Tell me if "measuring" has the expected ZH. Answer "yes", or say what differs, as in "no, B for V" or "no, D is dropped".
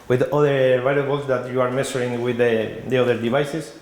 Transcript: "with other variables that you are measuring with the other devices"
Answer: no, S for ZH